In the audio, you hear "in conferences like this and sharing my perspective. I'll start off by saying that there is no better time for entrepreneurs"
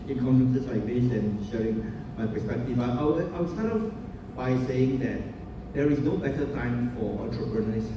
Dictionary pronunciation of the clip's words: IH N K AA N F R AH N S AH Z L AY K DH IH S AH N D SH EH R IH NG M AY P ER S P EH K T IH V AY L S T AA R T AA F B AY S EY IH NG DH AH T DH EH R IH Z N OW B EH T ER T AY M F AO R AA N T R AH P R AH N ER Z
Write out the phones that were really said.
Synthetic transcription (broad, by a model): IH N K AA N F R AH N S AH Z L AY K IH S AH N SH EH R IH NG M AY P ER S P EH K T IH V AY W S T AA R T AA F B AY S EY IH NG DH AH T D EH R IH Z N OW B EH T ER T AY M F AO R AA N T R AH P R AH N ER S